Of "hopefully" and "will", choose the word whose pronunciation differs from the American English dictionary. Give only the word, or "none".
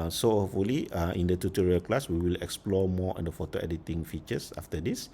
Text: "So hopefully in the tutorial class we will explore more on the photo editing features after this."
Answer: hopefully